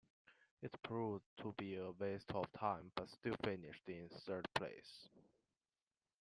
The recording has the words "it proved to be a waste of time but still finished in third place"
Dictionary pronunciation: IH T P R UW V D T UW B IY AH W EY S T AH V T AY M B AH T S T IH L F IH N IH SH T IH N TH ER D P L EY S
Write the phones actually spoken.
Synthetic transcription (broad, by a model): IH T P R UW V T UW B IY AH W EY S T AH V T AY M B AH T S T IH L F IH N IH SH T IH N S ER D P L EY S